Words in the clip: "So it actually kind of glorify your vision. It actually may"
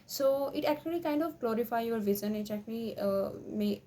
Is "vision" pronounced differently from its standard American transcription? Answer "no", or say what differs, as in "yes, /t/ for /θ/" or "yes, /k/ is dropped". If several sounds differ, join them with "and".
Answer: yes, /z/ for /ʒ/